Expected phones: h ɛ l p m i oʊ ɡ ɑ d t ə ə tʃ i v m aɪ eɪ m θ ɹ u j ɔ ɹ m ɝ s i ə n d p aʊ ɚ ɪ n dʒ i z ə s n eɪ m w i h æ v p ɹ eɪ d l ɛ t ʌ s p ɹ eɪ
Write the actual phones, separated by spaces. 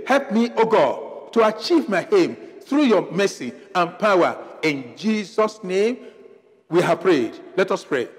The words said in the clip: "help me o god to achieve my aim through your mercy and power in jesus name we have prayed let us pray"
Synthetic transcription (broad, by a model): h ɛ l p m i oʊ ɡ ɑ d t ə ə tʃ i v m aɪ eɪ m θ ɹ u j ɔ m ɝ s i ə n p aʊ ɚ ɪ n dʒ i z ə s n eɪ m w i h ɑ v p ɹ eɪ d l ɛ t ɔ s p ɹ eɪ